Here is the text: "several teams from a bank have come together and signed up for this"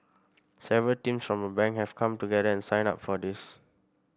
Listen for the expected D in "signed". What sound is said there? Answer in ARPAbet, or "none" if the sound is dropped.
none